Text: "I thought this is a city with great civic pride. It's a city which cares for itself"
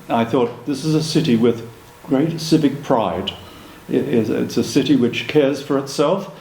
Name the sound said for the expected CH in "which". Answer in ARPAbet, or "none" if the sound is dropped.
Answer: CH